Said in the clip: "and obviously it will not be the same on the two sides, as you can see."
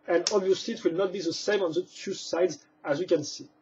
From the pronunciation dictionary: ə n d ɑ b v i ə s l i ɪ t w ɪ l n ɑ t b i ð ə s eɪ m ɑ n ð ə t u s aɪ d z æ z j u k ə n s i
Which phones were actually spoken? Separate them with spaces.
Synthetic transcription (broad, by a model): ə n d ɑ b v i ə s l i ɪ t w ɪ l n ɑ t b i ð ə s eɪ m ɑ n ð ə t u s aɪ d z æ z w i k ə n s i